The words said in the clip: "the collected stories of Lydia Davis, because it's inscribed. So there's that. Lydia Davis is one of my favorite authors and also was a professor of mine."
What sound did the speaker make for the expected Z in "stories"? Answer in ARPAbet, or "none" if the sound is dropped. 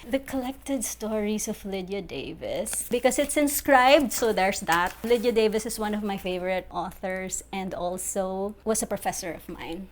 S